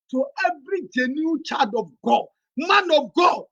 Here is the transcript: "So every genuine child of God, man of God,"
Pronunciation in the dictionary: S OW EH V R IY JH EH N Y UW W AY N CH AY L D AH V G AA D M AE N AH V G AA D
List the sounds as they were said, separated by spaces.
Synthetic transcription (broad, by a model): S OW EH V R IY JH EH N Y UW CH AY D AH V G AA D M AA N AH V G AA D